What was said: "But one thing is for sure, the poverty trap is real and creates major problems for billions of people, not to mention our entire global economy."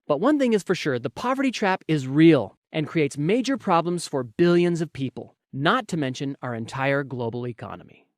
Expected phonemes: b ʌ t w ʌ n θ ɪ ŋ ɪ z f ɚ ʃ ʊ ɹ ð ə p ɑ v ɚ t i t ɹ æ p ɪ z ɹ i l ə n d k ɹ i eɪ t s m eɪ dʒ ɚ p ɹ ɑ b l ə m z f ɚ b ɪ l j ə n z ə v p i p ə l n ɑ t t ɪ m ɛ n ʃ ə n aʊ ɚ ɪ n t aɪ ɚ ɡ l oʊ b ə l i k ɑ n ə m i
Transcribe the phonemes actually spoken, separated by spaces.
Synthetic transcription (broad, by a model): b ʌ t w ʌ n θ ɪ ŋ ɪ z f ɚ ʃ ʊ ɹ ð ə p ɑ v ɚ t i t ɹ æ p ɪ z ɹ i l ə n k ɹ i eɪ t s m eɪ dʒ ɚ p ɹ ɑ b l ə m z f ɚ b ɪ l j ə n z ə v p i p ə l n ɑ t t ɪ m ɛ n ʃ ə n aʊ ɚ ɪ n t aɪ ɚ ɡ l oʊ b l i k ɑ n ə m i